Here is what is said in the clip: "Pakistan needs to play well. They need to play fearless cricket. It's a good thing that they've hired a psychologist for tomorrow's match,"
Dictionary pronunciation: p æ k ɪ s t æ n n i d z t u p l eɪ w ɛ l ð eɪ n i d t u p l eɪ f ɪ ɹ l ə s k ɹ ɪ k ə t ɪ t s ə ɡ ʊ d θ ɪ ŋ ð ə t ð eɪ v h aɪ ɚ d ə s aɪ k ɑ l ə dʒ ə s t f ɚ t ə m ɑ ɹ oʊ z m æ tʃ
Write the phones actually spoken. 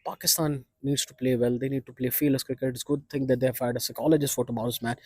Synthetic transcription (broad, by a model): p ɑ k ɪ s t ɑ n n i d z t u p l eɪ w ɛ l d eɪ n i d t u p l eɪ f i l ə s k ɹ ɪ k ə t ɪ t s ɡ ʊ d t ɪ ŋ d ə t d eɪ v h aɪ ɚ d ə s aɪ k ɑ l ə dʒ ə s t f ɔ t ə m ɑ ʊ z m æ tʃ